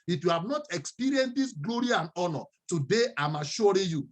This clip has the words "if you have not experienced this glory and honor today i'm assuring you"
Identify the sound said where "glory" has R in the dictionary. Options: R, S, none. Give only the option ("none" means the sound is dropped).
R